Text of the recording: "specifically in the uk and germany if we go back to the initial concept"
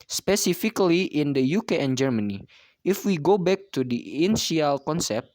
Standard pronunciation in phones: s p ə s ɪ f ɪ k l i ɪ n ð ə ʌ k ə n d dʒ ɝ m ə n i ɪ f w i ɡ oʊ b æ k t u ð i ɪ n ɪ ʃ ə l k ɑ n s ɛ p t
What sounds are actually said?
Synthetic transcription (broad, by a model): s p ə s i f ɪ k l i ɪ n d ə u k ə n dʒ ɝ m ə n i ɪ f w i ɡ oʊ b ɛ k t u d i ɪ n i ə l k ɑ n s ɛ p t